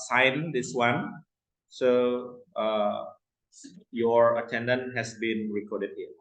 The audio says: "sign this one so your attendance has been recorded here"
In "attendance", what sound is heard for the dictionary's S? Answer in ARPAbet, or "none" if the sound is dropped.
none